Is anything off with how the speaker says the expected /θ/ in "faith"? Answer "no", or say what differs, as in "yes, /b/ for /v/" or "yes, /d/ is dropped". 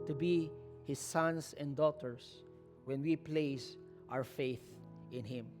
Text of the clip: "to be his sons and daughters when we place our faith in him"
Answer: no